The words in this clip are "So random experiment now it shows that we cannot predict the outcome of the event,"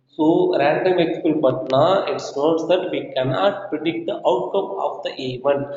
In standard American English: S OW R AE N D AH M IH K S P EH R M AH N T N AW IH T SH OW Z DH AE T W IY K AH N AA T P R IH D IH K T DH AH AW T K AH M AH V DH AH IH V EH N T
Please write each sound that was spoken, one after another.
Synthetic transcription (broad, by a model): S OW R AE N D AH M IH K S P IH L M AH T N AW IH T S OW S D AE T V IY K AH N AA T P R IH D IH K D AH AW T K AH M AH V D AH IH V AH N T